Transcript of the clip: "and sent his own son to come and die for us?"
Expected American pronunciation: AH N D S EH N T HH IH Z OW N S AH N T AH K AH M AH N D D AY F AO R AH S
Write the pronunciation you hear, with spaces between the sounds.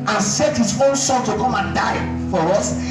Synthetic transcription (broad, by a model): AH N S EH T HH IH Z OW N S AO L T AH K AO M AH N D D AY F AO R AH S